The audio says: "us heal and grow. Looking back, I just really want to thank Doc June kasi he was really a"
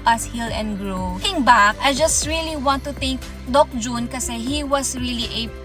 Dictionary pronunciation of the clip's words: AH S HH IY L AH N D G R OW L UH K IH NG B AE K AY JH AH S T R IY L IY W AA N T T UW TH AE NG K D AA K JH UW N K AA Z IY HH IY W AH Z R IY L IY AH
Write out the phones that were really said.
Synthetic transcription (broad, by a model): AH S HH IY L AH N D G R OW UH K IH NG B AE K AY JH AH S T R IY L IY W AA N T T UW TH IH NG K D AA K JH UW N K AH S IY HH IY W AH S R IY L IY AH